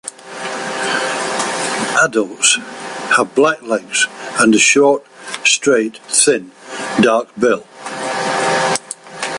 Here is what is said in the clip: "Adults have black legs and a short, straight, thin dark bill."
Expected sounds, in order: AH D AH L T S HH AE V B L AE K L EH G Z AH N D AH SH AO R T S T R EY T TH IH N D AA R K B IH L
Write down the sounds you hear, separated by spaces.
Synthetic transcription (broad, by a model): AH D AH L T S HH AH V B L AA K L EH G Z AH N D AH SH AO R T S T R EY T TH IH N D AA R K B IH L